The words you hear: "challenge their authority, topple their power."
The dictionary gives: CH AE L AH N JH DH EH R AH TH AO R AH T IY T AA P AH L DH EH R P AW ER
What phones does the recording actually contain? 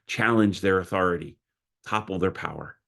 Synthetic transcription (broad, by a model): CH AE L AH N JH DH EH R AH TH AO R AH T IY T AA P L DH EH R P AW ER